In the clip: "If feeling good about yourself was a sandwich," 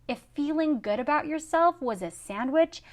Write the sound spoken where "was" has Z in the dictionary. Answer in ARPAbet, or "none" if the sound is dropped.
Z